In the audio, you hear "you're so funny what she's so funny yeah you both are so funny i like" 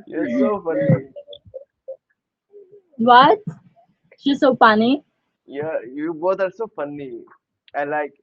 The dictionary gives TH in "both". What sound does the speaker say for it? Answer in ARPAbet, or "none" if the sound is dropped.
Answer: T